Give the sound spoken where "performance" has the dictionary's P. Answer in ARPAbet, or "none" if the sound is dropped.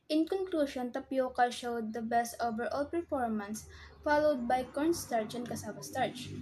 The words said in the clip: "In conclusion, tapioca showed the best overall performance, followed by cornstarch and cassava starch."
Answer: P